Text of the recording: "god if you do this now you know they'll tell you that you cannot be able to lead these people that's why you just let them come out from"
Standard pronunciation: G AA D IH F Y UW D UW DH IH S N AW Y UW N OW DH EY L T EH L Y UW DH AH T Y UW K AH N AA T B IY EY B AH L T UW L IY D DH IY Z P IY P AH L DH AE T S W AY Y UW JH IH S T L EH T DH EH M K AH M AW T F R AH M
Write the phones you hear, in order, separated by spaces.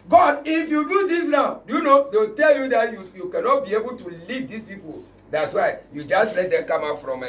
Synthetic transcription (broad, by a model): G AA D IH F Y UW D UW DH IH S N AW Y UW N OW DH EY W T EH L Y UW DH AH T Y UW K AH N AA T B IY EY B AH L T UW L IY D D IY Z P IY P AH L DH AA T S W AY Y UW JH IH S T L EH T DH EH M K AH M AW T F R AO M